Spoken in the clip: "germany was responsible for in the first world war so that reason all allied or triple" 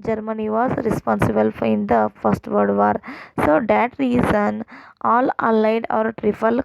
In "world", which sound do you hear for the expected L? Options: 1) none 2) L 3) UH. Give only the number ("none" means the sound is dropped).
1